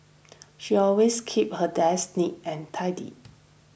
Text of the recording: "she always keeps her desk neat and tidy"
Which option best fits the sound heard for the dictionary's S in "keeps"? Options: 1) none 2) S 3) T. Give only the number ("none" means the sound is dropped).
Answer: 1